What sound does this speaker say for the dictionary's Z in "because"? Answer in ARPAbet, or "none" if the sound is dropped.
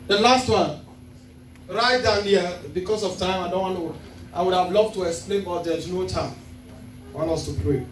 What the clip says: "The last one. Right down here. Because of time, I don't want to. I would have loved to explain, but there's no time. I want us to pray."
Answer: S